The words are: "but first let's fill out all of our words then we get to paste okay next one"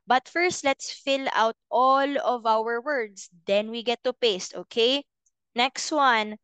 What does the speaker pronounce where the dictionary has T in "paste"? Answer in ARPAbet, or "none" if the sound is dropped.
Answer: T